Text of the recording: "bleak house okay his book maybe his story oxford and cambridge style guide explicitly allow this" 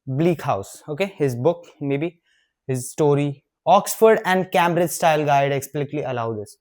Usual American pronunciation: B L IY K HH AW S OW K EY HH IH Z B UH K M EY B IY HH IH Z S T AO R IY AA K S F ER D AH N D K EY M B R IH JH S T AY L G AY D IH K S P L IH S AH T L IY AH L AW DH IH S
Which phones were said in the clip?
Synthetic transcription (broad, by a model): B L IY K HH AW S OW K EY HH IH Z B UH K M EY B IY HH IH Z S T AO R IY AA K S F ER D AH N D K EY M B R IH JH S T AY L G AY D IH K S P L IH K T L IY AH L AW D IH S